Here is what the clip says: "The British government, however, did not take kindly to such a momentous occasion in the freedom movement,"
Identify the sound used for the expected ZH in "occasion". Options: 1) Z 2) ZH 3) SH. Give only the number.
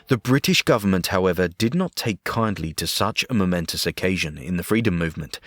2